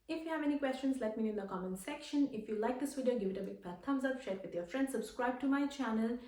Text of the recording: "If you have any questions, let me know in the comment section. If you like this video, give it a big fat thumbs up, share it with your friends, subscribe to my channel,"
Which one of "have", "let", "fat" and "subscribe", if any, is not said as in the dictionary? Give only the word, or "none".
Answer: fat